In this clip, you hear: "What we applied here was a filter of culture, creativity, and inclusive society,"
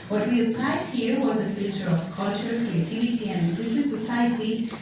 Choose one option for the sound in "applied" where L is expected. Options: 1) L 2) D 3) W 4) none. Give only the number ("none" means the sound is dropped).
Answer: 4